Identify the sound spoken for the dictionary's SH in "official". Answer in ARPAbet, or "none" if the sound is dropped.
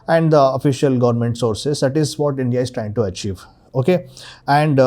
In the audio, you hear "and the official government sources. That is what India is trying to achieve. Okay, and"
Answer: SH